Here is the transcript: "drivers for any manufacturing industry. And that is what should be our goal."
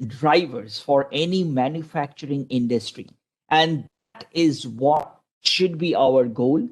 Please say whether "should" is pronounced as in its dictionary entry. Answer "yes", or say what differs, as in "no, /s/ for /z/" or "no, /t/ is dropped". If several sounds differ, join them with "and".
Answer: yes